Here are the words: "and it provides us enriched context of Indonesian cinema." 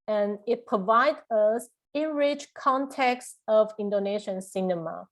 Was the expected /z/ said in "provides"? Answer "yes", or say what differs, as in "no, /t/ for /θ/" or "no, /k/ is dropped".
no, /z/ is dropped